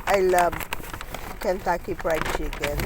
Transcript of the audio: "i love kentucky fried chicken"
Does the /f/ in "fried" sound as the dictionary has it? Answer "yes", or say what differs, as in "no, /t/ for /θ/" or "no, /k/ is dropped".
no, /p/ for /f/